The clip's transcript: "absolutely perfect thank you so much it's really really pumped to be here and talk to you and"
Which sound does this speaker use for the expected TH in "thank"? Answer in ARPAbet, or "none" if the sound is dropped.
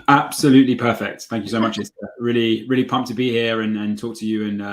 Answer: TH